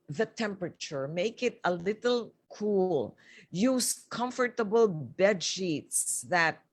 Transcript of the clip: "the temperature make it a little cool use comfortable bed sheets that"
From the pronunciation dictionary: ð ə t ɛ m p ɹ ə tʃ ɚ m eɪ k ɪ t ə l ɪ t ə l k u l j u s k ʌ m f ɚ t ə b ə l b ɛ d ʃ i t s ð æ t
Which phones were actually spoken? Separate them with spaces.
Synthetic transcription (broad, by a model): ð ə t ɛ m p ɹ ə tʃ ɚ m eɪ k ɪ t ə l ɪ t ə l k u l j u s k ʌ m f ɚ t ə b ə l b ɛ d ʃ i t s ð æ t